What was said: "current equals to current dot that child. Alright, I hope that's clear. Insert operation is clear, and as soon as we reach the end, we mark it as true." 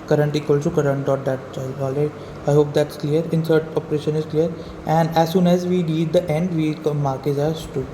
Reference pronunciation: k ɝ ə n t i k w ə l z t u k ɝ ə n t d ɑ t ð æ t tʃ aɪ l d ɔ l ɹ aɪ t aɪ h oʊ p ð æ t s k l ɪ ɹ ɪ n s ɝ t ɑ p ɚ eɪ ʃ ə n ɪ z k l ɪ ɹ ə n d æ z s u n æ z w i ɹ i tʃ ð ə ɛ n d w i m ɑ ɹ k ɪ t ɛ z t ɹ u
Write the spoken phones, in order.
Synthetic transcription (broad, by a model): k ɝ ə n t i k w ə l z t u k ɝ ə n t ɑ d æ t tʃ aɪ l ɔ l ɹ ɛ aɪ h oʊ p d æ t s k l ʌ ɹ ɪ n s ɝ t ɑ p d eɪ ʃ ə n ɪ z k l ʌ ɹ ə n d æ z s u n æ z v i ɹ i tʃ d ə ɛ n d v i m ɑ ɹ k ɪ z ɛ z t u